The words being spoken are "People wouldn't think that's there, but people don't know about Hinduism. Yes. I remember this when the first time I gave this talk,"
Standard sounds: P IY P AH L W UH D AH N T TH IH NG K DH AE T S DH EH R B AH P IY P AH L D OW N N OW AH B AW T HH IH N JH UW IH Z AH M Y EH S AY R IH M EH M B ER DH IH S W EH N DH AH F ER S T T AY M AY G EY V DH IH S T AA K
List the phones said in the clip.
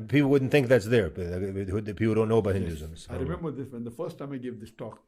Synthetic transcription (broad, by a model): P IY P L W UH D N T TH IH NG K DH AE T S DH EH R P IY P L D OW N N OW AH B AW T HH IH N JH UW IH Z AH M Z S AY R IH M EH M B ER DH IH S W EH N DH AH F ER S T T AY M AY G EY V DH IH S T AA K